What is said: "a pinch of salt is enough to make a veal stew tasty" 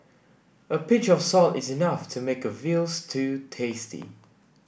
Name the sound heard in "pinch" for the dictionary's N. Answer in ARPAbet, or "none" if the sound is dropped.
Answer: none